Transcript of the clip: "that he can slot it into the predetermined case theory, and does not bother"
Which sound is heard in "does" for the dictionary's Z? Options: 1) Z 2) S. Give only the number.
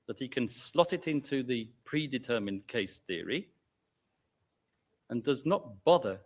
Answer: 1